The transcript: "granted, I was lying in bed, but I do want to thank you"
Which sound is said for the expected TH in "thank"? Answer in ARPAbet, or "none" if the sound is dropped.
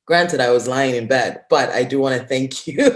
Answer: TH